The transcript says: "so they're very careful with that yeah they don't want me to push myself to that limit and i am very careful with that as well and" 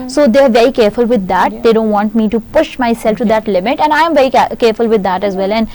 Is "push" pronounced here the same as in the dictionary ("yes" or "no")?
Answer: yes